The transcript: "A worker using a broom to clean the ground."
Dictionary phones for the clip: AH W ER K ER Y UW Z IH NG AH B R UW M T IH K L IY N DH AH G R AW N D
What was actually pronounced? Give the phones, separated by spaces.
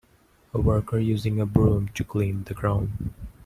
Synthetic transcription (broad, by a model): AH W ER K ER Y UW Z IH NG AH B R UW M T IH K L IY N DH AH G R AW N